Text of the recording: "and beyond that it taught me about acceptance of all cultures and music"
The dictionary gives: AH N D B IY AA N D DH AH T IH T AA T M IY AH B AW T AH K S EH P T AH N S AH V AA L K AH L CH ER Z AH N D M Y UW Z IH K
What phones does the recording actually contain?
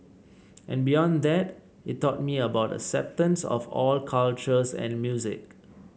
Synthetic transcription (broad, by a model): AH N B IY AA N D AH T IH T AA T M IY AH B AW T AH S EH P T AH N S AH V AA L K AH L CH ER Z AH N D M Y UW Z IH K